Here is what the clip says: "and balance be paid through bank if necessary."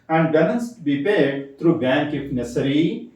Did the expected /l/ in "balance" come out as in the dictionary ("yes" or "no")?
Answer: no